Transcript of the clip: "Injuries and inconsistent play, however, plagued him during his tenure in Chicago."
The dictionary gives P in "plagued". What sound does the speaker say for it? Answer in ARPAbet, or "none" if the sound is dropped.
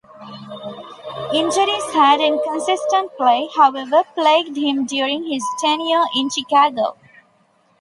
P